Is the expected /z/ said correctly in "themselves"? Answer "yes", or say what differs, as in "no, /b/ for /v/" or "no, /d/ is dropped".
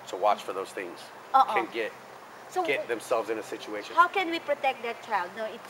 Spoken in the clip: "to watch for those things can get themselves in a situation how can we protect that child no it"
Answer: yes